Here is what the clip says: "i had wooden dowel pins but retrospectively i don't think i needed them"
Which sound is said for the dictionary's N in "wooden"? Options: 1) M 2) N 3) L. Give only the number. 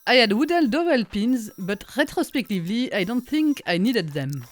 3